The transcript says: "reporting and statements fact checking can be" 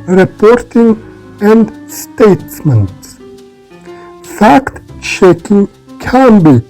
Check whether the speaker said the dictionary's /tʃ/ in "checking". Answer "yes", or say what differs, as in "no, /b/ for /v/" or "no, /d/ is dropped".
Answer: no, /ʃ/ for /tʃ/